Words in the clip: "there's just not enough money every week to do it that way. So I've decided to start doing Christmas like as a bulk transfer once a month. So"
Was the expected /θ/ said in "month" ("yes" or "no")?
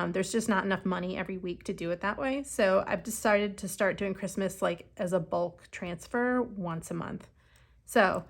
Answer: yes